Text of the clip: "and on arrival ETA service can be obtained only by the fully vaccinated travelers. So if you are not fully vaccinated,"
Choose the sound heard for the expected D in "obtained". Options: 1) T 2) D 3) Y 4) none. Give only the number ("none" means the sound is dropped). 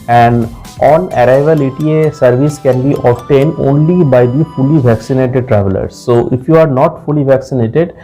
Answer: 2